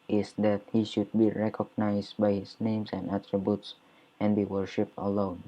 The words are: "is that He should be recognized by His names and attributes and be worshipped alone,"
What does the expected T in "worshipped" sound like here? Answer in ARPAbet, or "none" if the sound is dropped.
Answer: T